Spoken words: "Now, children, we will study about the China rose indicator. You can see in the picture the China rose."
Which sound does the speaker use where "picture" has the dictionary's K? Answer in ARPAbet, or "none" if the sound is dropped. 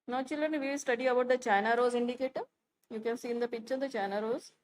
none